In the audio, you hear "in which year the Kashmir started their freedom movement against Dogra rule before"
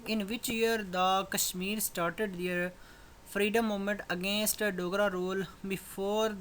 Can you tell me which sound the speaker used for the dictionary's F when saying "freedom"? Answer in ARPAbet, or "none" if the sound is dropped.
P